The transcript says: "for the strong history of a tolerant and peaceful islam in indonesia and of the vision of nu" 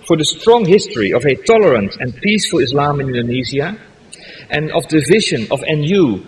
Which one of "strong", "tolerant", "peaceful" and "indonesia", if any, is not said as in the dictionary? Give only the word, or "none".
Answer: indonesia